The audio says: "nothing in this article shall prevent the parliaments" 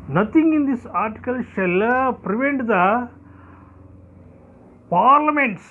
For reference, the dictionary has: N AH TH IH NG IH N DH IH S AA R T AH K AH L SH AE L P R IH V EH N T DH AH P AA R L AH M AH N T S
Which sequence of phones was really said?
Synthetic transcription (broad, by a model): N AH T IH NG IH N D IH S AA R T AH K AH L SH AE L P R IH V EH N T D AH P AA R L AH M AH N T S